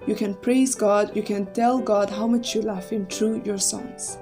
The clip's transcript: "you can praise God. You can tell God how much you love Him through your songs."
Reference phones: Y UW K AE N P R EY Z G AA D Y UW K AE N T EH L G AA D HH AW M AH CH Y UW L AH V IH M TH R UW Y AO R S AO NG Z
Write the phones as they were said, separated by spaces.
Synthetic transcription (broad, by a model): Y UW K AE N P R EY Z G AA D Y UW K AE N T EH L G AA D HH AW M AH CH Y UW L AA F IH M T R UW Y AO R S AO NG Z